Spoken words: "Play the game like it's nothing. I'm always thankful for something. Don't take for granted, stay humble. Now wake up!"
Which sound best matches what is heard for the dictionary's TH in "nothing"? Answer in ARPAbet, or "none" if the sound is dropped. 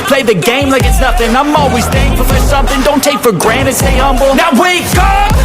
F